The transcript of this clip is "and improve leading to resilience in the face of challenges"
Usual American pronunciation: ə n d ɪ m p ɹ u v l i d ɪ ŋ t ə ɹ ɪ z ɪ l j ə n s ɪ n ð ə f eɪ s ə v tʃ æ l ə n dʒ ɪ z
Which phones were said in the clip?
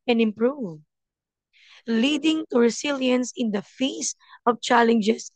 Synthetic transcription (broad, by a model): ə n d ɪ m p ɹ u v l i d ɪ ŋ t ə ɹ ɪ s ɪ l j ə n s ɪ n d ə f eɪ s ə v tʃ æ l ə n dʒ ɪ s